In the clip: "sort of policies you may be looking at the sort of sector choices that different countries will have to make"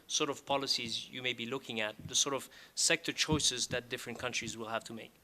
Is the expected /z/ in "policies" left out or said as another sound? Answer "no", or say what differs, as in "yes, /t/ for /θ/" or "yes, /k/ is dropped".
no